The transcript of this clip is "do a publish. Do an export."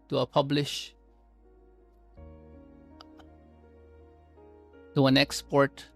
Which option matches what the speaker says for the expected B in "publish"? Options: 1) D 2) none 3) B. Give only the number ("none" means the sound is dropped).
3